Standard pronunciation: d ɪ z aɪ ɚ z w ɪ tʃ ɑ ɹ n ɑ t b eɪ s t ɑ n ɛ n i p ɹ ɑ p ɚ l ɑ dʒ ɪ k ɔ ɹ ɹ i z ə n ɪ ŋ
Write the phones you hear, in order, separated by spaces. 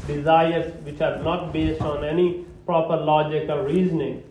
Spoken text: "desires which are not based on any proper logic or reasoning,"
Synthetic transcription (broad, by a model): d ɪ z aɪ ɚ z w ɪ tʃ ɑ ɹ n ɑ t b eɪ s t ɑ n ɛ n i p ɹ ɑ p ɚ l ɑ dʒ ɪ k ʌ l ɹ i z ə n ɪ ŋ